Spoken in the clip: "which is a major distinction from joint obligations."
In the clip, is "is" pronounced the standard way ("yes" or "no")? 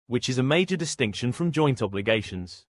yes